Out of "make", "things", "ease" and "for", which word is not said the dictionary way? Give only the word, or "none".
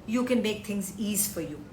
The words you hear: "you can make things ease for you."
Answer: things